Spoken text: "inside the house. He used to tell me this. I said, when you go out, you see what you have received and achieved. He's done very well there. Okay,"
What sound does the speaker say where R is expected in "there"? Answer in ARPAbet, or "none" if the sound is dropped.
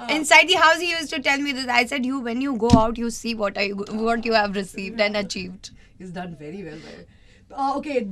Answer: L